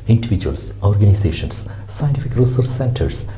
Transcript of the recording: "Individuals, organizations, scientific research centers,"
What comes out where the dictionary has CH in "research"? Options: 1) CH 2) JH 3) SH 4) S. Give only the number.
4